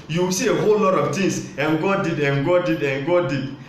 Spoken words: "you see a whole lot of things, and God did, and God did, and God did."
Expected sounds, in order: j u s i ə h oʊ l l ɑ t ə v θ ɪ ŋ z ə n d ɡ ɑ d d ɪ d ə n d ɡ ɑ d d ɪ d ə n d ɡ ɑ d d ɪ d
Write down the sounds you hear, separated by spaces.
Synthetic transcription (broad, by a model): j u s i ə h oʊ l l ɑ t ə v t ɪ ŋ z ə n ɡ ɑ d d ɪ d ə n ɡ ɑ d d ɪ d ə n ɡ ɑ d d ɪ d